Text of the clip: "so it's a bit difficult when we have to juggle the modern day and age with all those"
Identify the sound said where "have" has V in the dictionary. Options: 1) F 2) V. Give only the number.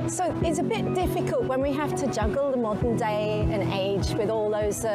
1